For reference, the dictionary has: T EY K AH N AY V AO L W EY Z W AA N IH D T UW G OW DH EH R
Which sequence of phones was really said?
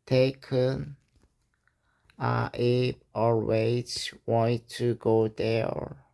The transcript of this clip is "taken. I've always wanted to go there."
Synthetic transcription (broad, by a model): T EY K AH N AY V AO W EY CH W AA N T UW G OW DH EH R